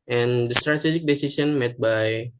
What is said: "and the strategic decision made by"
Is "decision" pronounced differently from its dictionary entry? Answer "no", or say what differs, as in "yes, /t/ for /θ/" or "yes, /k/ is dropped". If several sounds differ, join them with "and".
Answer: yes, /s/ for /ʒ/